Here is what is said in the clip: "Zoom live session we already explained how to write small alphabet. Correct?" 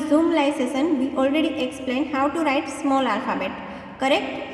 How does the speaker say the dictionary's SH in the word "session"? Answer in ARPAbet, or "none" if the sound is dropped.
S